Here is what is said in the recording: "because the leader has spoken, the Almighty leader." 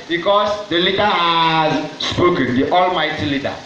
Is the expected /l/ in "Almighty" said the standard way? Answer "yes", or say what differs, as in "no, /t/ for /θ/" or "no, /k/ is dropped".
yes